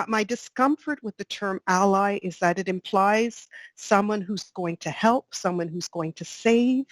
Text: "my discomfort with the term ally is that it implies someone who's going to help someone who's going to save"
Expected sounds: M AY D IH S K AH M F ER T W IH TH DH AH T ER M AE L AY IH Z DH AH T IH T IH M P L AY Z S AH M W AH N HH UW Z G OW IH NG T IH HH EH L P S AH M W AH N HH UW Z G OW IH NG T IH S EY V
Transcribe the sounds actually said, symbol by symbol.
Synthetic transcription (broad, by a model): M AY D IH S K AH M F ER T W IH DH AH T ER M AE L AY IH Z DH AH T IH T IH M P L AY Z S AH M W AH N HH UW Z G OW IH NG T IH HH EH L P S AH M W AH N HH UW Z G OW IH NG T IH S EY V